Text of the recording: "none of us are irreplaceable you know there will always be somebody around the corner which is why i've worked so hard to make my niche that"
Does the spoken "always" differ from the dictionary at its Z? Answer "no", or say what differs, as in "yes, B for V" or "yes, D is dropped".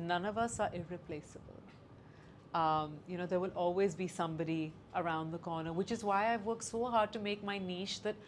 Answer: no